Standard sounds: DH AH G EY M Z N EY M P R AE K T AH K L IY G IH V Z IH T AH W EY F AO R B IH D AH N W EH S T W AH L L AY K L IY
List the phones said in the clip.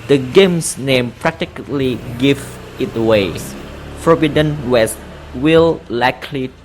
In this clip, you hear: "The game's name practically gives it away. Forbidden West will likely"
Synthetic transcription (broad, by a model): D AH G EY M S N EY M P R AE K T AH K L IY G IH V IH T W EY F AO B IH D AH N W EH S T W AH L L AY K L IY